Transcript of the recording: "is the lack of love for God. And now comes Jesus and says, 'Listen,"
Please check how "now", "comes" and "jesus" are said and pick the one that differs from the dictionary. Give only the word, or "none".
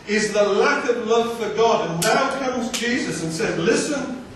none